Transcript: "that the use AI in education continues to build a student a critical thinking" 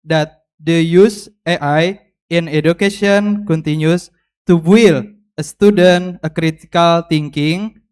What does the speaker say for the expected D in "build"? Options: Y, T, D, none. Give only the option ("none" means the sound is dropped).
none